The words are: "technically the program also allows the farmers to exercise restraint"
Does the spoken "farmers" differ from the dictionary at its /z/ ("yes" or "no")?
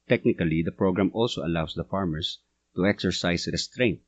yes